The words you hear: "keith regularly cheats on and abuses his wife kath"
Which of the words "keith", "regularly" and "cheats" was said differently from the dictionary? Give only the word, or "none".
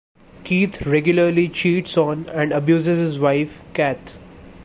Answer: keith